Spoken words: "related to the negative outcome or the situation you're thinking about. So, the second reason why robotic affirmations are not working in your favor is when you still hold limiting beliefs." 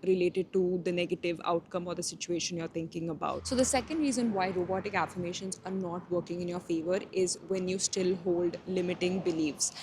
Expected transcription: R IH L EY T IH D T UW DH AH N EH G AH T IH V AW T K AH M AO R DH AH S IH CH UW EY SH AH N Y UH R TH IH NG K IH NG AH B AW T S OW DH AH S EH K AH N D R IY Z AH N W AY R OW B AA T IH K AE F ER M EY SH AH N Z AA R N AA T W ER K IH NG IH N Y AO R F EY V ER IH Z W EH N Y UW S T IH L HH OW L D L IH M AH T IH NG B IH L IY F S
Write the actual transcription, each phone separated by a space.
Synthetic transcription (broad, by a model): R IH L EY T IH D T UW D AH N EH G AH T IH V AW T K AH M AO R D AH S IH CH UW EY SH AH N Y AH R T IH NG K IH NG AH B AW T S OW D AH S EH K AH N D R IY Z AH N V AY R OW B AA T IH K AE F ER M EY SH AH N Z AA R N AA T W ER K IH NG IH N Y AO R F EY V ER IH Z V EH N Y UW S T IH L HH OW L D L IH M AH T IH NG B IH L IY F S